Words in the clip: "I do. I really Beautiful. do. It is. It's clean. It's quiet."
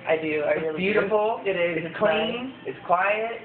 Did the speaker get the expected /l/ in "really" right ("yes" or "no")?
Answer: no